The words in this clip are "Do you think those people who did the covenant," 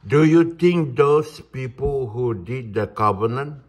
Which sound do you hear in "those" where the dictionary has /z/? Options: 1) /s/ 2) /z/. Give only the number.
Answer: 1